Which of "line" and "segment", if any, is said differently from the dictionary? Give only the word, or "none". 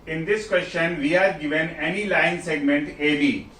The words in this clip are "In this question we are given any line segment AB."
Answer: none